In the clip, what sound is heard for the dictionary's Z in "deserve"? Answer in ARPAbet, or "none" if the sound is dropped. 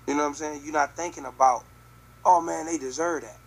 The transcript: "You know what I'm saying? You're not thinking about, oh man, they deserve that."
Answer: Z